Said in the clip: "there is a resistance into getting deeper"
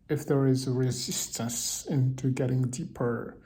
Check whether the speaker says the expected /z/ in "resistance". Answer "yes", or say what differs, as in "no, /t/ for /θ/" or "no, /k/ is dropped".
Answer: yes